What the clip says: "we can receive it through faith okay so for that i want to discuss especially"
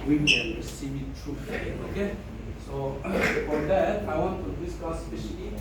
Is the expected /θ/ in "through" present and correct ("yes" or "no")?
no